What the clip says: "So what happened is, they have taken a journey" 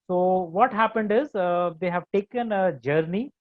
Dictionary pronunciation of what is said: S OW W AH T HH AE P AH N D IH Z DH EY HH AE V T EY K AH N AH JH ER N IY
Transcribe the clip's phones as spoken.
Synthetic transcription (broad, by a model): S OW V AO T HH AE P AH N D IH Z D EY HH AE V T EY K AH N AH JH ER N IY